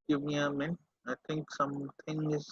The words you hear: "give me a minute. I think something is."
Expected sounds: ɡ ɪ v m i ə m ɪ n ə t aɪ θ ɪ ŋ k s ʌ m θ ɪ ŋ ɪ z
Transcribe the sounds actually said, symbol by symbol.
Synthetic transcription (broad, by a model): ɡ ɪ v m i ə m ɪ n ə ɪ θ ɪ ŋ k s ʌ m t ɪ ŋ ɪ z